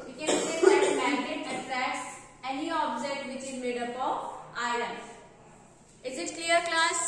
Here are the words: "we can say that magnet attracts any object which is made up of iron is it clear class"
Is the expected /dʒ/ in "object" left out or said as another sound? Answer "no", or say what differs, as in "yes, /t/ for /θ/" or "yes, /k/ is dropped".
yes, /z/ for /dʒ/